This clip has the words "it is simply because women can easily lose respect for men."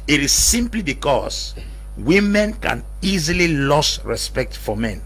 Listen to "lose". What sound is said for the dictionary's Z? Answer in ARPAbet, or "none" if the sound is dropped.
S